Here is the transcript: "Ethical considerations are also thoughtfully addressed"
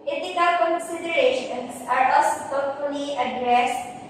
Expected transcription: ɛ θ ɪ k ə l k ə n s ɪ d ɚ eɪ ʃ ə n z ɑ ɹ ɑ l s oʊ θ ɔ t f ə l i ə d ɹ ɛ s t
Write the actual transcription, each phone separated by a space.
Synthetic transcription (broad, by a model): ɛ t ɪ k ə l k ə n s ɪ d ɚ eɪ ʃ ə n s ɑ ɹ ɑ s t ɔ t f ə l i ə d ɹ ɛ s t